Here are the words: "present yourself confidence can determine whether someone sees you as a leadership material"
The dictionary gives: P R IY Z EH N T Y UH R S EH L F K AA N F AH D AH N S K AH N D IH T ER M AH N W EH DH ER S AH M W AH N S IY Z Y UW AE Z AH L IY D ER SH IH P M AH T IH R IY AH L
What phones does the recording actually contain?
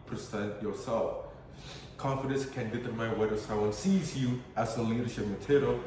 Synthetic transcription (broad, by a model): P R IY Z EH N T Y UH R S EH L F K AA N F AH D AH N S K AH N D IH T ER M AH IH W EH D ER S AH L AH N S IY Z Y UW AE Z AH L IY D ER SH IH P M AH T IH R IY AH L